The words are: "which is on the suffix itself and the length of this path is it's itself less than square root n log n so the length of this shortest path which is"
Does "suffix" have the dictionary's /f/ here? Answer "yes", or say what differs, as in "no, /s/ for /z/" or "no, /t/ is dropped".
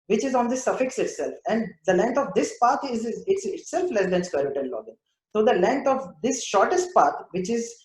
yes